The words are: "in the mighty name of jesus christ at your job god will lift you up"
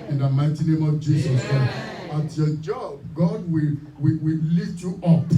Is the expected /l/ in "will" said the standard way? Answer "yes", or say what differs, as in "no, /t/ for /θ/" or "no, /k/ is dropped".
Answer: no, /w/ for /l/